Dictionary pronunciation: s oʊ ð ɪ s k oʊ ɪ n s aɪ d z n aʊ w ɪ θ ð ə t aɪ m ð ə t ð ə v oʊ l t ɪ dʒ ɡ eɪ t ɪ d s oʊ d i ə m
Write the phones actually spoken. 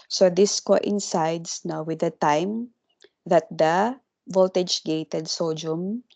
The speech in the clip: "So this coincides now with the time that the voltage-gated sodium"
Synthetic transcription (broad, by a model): s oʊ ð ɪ s k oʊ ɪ n s aɪ d s n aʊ w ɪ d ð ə t aɪ m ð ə t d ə v oʊ l t ɪ dʒ ɡ eɪ t ɪ d s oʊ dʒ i m